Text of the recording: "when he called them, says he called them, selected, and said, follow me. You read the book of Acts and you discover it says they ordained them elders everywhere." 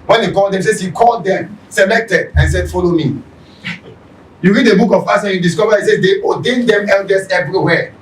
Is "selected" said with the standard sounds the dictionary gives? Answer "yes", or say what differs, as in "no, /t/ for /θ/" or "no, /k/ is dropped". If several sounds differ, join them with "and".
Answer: yes